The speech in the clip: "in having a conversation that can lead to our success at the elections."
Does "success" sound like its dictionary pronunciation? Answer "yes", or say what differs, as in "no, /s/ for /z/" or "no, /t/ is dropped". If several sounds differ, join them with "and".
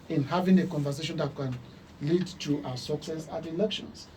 yes